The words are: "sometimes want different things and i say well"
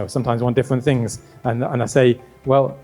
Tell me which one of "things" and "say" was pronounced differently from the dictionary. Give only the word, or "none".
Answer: none